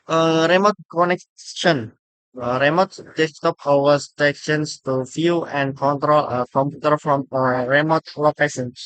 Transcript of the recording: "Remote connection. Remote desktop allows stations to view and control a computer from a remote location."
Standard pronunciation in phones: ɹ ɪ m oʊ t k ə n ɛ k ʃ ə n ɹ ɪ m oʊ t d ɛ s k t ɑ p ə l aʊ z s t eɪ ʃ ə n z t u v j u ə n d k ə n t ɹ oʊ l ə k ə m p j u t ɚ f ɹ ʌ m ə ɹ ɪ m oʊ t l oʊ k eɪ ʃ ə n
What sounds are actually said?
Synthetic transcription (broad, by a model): ɹ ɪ m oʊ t k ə n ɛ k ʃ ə n ɹ ɪ m oʊ t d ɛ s t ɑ p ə w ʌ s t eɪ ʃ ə n s t u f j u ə n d k ə n t ɹ oʊ l ə k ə m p j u t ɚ f ɹ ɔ m ə ɹ ɪ m oʊ t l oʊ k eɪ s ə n